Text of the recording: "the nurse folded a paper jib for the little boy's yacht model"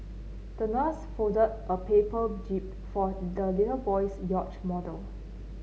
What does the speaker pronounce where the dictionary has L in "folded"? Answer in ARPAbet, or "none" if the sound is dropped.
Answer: none